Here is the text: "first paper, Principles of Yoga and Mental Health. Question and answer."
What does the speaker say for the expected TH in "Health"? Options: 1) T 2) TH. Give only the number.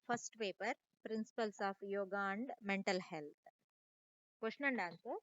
1